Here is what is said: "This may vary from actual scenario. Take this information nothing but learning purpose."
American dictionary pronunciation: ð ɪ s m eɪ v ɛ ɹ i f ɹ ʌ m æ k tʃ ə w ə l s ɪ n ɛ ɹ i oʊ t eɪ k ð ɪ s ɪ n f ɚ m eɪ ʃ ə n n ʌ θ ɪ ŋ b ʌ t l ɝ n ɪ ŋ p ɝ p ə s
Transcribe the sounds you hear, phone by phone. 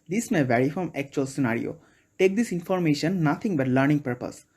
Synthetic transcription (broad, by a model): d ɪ s m eɪ v ɛ ɹ i f ɹ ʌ m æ k tʃ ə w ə l s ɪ n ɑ ɹ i oʊ t eɪ k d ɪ s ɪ n f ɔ m eɪ ʃ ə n n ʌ t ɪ ŋ b ʌ t l ɝ n ɪ ŋ p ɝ p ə s